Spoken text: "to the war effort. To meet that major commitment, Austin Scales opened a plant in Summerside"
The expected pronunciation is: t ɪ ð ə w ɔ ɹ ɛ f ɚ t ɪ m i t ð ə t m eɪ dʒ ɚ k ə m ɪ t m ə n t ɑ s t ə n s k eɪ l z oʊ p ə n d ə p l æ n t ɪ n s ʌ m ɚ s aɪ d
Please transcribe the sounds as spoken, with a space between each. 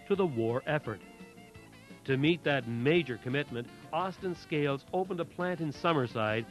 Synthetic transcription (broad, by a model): t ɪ ð ə w ɔ ɹ ɛ f ɚ t ɪ m i t ð ə t m eɪ dʒ ɚ k ə m ɪ t m ə n t ɑ s t ə n s k eɪ l z oʊ p ə n d ə p l æ n t ɪ n s ʌ m ɚ s aɪ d